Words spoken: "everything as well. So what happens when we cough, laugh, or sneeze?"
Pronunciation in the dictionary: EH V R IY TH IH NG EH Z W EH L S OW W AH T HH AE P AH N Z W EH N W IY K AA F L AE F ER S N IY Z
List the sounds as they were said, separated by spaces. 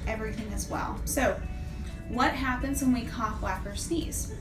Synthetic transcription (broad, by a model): EH V R IY TH IH NG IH Z W EH L S OW W AH T HH AE P AH N Z W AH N W IY K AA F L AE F ER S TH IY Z